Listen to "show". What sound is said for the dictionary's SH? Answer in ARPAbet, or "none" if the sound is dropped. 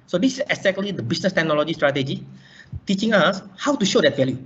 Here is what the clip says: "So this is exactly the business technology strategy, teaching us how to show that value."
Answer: SH